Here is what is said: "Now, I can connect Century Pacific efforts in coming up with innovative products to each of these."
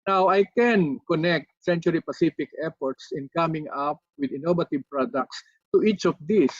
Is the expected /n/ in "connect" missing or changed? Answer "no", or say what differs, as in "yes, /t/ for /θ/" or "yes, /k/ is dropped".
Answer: no